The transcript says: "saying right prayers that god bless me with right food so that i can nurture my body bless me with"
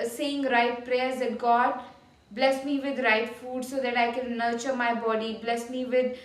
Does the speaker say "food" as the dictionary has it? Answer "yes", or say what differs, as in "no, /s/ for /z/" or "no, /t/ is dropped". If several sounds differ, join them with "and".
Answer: yes